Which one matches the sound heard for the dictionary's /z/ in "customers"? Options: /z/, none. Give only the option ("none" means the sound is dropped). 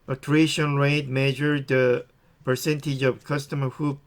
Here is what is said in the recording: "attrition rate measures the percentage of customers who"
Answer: none